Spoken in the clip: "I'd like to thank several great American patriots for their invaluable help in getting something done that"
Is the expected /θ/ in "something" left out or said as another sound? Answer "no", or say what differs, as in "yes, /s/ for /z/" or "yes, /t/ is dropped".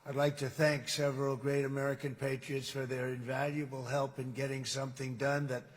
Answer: no